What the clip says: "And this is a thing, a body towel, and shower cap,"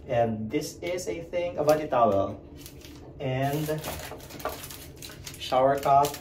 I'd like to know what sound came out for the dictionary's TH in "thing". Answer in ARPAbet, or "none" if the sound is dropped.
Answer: TH